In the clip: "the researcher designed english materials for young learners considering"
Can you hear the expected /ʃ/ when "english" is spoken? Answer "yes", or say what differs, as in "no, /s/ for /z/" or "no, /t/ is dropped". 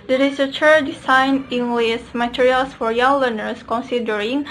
no, /s/ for /ʃ/